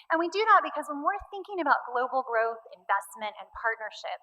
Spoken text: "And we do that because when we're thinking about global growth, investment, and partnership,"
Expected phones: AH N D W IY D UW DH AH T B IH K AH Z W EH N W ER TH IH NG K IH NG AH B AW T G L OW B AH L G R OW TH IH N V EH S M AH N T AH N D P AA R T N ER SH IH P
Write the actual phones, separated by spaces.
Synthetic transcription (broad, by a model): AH N W IY D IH DH AH T B IH K AH Z W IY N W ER TH IH NG K IH NG AH B AW T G L OW B L G R OW TH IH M V EH S M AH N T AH N P AA R T N ER SH IH P